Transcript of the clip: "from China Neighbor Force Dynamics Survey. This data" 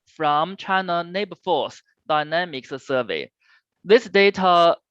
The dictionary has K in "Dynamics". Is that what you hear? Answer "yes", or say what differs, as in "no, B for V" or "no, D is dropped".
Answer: yes